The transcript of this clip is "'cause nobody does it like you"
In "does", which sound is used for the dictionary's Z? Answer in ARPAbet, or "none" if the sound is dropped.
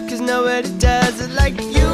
Z